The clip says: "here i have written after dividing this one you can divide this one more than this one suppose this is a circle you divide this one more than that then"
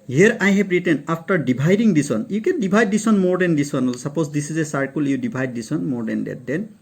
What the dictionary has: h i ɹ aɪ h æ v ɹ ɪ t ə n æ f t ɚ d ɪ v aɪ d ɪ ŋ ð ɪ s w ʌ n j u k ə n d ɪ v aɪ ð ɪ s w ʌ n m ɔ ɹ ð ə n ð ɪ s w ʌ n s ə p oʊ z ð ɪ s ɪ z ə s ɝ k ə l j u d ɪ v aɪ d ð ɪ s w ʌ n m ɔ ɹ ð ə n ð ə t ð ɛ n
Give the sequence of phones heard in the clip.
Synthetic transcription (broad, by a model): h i ɹ aɪ h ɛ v ɹ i t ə n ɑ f t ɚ d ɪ b aɪ d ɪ ŋ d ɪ s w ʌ n j u k ə n d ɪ b aɪ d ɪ s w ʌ n m ɔ ɹ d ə n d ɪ s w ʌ n s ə p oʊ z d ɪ s ɪ z ə s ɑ k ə l j u d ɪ b aɪ d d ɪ s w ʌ n m ɔ ɹ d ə n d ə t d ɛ n